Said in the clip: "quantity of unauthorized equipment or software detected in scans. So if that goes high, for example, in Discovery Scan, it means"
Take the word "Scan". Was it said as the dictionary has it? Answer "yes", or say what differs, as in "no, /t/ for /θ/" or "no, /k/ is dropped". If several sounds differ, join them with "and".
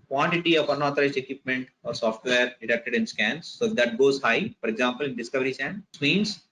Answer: no, /k/ is dropped